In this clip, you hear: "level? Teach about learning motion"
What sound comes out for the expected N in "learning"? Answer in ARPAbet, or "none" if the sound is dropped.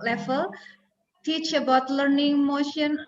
N